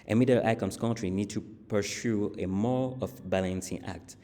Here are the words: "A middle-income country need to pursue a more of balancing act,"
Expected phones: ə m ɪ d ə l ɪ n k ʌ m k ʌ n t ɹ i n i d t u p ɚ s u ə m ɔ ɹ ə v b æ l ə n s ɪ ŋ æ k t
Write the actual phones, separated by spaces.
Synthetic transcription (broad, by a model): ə m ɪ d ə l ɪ k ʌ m k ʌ n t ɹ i n i d t u p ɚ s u ə m ɔ ɹ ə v b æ l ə n s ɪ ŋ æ k t